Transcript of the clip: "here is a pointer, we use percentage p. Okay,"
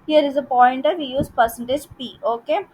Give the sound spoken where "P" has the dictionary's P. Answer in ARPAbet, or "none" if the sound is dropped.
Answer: P